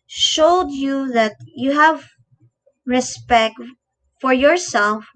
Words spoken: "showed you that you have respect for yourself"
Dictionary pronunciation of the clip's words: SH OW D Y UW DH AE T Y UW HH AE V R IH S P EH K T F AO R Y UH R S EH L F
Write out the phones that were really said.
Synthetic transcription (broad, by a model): SH OW D Y UW DH AE T Y UW HH AE V R IH S P EH K T F AO R Y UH R S EH L F